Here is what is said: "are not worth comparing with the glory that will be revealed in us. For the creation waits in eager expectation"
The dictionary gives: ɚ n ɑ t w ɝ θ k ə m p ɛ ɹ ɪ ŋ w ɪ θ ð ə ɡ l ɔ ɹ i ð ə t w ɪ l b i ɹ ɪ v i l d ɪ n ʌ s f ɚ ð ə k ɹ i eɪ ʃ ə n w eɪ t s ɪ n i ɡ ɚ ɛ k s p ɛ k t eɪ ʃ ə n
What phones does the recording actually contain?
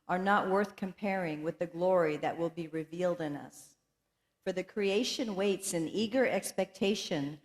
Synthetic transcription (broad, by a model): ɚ n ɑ t w ɝ θ k ə m p ɛ ɹ ɪ ŋ w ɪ ð ə ɡ l ɔ ɹ i ð ə t w ɪ l b i ɹ ɪ v i l d ɪ n ʌ s f ɚ ð ə k ɹ i eɪ ʃ ə n w eɪ t s ɪ n i ɡ ɚ ɛ k s p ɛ k t eɪ ʃ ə n